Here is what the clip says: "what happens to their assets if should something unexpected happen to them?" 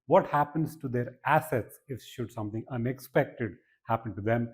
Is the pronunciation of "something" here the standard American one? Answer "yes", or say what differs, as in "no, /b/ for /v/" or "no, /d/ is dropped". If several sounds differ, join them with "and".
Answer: no, /t/ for /θ/